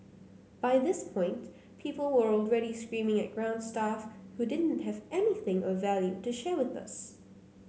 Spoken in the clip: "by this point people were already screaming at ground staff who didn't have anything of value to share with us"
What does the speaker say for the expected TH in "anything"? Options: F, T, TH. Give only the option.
TH